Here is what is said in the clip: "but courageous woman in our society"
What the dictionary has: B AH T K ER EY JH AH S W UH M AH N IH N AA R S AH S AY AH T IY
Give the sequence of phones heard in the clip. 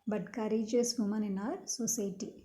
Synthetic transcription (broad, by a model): B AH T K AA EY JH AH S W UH M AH N IH N AA R S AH S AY T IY